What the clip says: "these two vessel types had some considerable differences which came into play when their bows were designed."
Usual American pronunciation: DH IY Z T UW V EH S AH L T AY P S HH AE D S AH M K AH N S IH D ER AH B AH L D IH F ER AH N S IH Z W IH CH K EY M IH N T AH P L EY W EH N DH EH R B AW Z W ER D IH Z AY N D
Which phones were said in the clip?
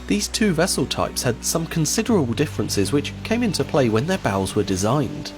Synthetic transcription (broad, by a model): DH IY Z T UW V EH S AH L T AY P S HH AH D S AH M K AH N S IH D ER AH B AH L D IH F ER AH N S IH Z W IH CH K EY M IH N T AH P L EY W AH N DH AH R B AW Z W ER D IH Z AY N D